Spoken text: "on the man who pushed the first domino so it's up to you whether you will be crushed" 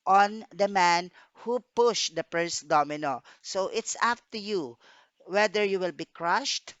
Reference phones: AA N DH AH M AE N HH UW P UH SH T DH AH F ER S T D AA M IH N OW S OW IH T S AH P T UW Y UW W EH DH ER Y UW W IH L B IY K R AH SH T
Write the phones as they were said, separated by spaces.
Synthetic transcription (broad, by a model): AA N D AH M AE N HH UW P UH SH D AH P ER S D AA M IH N OW S OW IH T S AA F T UW Y UW W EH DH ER Y UW W IH L B IY K R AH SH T